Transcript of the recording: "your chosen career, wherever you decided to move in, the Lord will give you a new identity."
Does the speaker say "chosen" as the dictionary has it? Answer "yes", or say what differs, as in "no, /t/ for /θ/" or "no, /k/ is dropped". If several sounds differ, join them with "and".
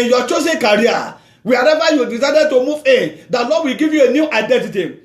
no, /s/ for /z/